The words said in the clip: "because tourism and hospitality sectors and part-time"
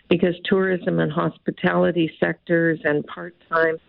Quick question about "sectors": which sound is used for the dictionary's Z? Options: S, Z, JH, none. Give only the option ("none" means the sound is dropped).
Z